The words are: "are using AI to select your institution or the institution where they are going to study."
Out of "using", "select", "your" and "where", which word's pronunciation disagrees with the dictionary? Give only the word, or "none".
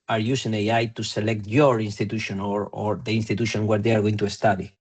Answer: using